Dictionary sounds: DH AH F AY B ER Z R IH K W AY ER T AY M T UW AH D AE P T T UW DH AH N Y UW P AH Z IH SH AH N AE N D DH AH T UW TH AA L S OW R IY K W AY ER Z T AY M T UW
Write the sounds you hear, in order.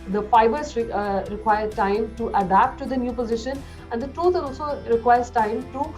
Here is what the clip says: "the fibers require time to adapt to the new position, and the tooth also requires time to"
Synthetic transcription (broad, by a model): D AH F AY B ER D R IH K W AY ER T AY M T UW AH D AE P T T UW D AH N Y UW P AH Z IH SH AH N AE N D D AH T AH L AA L S OW R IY K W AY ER S T AY M T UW